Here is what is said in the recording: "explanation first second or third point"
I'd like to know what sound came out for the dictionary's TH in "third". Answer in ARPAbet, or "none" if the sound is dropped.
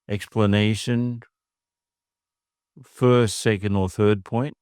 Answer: TH